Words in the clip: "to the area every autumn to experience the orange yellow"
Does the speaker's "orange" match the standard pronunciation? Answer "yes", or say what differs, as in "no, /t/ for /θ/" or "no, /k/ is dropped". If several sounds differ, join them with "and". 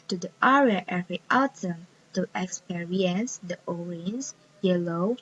no, /z/ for /dʒ/